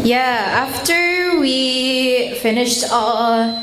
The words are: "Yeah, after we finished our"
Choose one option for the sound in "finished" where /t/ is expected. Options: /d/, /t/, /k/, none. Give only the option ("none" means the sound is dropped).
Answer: /t/